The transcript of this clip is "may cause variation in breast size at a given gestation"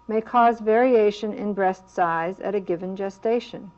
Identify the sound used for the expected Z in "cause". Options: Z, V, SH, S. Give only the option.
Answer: Z